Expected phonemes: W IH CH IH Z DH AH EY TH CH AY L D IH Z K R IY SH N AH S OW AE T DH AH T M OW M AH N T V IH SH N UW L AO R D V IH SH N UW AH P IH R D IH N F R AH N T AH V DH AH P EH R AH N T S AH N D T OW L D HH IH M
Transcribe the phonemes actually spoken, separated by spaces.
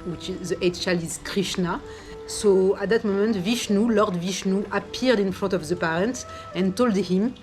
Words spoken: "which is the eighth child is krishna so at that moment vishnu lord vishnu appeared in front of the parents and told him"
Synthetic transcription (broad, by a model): W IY CH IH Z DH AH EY T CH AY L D IH Z K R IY SH N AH S OW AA T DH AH T M OW M AH N T V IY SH N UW L AO R D V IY SH N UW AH P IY R D IH N F R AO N T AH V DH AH P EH R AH N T AH N T OW L D HH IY M